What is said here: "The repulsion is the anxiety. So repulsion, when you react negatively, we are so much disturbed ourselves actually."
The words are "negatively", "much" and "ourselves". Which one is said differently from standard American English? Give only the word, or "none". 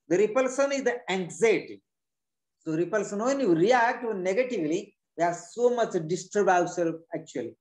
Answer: ourselves